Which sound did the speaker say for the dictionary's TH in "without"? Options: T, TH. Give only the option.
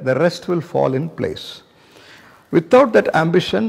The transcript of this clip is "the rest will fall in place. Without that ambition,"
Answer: T